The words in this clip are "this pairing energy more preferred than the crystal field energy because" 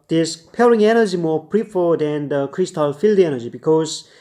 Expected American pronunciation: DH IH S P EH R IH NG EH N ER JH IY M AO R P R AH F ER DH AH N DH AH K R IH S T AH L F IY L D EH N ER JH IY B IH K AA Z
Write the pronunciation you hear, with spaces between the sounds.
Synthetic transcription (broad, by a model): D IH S P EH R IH NG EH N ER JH IY M AO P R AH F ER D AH N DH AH K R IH S T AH L F IY L D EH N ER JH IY B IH K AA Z